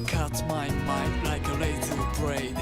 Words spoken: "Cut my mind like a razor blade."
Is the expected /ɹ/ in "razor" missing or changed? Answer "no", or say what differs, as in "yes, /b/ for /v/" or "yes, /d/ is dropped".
yes, /l/ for /ɹ/